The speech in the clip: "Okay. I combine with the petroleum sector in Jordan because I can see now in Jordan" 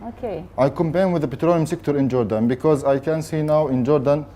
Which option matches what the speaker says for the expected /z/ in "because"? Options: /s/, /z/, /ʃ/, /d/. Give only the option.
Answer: /z/